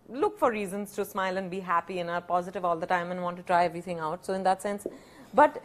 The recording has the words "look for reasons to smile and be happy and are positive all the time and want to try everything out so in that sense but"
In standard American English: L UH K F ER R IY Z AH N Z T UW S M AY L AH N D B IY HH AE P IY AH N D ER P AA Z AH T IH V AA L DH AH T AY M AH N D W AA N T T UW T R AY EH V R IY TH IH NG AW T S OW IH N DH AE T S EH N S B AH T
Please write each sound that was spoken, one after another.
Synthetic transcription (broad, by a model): L UH K F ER R IY Z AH N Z T UW S M AY L AH N D B IY HH AE P IY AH N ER P AA Z AH T IH V AA L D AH T AY M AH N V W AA N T T UW T R AY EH V R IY T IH NG AW T S OW IH N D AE T S EH N S B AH T